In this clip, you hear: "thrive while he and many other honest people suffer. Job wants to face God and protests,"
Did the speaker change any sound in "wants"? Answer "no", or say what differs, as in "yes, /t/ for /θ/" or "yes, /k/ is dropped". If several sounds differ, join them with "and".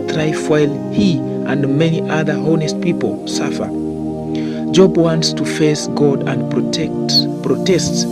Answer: no